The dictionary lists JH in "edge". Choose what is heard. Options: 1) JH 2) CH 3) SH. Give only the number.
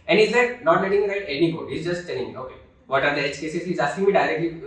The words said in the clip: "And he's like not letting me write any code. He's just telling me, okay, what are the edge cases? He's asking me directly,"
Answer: 2